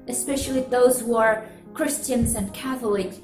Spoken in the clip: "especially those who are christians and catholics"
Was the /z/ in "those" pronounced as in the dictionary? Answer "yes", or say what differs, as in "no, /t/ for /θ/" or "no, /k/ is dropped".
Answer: yes